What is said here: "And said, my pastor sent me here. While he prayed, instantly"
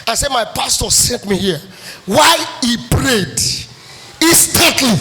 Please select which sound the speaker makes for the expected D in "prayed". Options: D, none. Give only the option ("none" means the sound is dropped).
D